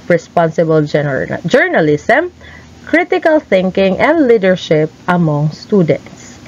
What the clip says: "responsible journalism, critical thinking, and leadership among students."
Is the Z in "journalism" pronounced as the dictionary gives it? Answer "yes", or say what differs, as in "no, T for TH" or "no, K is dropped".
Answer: no, S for Z